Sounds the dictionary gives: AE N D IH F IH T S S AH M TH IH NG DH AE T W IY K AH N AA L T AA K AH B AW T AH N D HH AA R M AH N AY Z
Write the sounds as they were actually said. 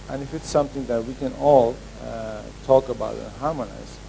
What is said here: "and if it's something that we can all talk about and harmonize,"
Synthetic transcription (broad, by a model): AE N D IH F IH T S S AH M T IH NG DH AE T W IY K AH N AA L T AA K AH B AW T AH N HH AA R M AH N AY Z